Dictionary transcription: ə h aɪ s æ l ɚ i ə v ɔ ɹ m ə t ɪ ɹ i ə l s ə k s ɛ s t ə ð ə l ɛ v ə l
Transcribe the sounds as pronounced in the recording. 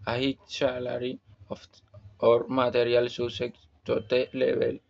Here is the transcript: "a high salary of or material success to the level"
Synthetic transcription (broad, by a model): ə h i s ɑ l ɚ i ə f ɔ ɹ m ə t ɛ ɹ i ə l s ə s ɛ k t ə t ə l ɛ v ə l